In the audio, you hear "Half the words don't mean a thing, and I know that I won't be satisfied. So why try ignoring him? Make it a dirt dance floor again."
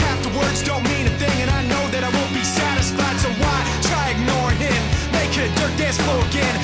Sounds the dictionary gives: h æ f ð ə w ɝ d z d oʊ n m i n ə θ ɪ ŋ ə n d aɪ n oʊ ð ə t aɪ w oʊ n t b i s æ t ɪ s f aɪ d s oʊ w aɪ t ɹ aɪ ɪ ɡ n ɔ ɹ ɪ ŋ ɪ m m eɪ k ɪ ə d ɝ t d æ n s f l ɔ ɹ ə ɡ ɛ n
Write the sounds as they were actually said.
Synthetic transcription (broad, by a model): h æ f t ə w ɝ d z d oʊ n m i n ə θ ɪ ŋ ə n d aɪ n oʊ ð ə t aɪ w oʊ n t b i s æ t ɪ s f aɪ d s oʊ w aɪ t ɹ aɪ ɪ ɡ n ɔ ɹ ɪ ɪ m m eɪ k ɪ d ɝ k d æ s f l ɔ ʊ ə ɡ ɛ n